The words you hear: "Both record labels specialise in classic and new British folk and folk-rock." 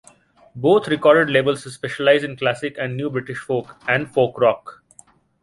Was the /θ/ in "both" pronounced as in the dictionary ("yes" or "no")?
no